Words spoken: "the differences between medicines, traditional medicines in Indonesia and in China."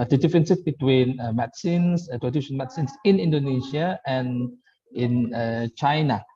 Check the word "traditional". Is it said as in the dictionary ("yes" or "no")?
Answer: no